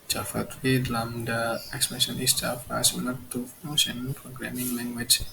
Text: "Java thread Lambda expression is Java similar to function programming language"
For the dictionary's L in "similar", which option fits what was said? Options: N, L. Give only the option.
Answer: N